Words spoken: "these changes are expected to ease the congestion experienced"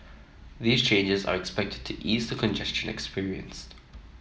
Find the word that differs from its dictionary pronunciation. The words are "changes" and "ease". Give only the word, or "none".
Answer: none